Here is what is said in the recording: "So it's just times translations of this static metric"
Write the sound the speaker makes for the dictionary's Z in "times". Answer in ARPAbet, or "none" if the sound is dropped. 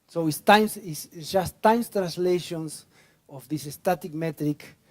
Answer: S